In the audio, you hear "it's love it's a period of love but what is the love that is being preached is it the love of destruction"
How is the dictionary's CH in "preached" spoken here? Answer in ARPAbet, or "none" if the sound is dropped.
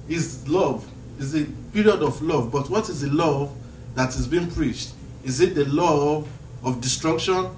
CH